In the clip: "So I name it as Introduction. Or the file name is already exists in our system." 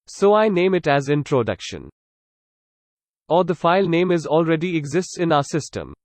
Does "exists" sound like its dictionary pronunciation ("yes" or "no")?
yes